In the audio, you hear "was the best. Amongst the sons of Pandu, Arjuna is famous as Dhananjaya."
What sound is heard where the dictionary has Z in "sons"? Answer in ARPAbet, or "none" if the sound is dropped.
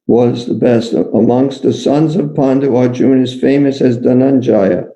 Z